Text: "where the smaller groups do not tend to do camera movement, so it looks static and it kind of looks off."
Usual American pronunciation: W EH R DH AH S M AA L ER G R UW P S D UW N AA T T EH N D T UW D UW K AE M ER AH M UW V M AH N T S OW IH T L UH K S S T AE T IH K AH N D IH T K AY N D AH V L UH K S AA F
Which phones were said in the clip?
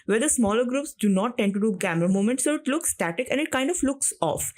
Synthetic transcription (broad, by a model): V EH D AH S M AA L ER G R UW P S D UW N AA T T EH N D T UW D UW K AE M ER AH M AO M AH N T S OW IH T L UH K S S T AE T IH K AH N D IH T K AY N D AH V L UH K S AA F